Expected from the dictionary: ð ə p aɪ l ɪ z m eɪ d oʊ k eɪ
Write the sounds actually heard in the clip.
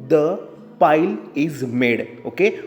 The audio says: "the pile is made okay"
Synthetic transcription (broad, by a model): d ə p aɪ l ɪ z m eɪ d oʊ k eɪ